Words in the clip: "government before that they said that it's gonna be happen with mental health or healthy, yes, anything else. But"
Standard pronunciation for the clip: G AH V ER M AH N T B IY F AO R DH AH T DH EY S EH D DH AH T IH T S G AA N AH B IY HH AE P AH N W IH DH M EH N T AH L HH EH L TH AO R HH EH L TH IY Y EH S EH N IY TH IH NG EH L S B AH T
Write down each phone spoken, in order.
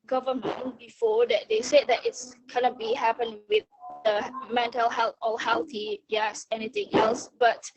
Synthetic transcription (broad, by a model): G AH V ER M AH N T B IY F AO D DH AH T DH EY S EH D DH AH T IH T S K AA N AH B IY HH AE P AH N W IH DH M EH N T AH L HH EH L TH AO L HH EH L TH IY Y EH S EH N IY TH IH NG EH L S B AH T